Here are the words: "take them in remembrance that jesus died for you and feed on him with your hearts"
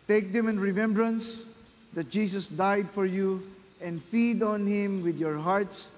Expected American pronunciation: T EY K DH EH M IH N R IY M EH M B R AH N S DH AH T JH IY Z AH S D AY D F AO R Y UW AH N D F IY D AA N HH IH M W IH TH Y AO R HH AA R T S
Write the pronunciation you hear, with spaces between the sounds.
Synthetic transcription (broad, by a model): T EY K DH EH M IH N R IY M EH M B R AH N S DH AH T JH IY S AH S D AY D F AO R Y UW AH N D F IY D AA N HH IH M W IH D Y AO R HH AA R T S